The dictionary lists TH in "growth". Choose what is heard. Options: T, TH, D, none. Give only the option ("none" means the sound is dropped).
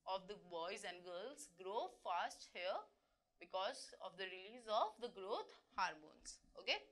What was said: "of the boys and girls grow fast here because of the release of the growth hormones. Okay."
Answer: T